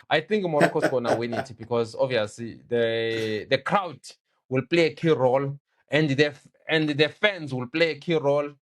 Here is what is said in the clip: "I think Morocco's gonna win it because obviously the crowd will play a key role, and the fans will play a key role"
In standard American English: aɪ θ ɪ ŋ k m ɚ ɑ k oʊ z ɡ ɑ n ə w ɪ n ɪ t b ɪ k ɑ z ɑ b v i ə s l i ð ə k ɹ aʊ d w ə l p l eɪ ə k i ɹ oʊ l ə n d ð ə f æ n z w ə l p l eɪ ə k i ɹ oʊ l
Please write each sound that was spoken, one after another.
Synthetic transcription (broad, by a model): aɪ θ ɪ ŋ k m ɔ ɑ k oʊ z ɡ ɑ n ə w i n ɪ t b ɪ k ɑ z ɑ v i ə s l i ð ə k ɹ aʊ d w ə l p l eɪ ə k i ɹ oʊ l ə n d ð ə f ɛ n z w ə l p l eɪ ə k i ɹ oʊ l